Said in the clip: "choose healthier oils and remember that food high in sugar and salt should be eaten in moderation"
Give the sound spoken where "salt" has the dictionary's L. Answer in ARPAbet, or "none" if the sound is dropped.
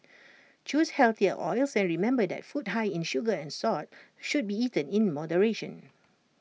none